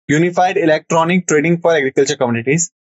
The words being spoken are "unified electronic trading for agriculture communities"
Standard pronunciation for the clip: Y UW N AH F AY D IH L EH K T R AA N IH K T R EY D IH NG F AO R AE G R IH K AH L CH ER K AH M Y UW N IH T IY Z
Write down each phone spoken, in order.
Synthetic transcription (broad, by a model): Y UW N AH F AY D IH L EH K T R AA N IH K T R EY D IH NG F AO R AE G R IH K AH L CH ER K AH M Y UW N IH T IY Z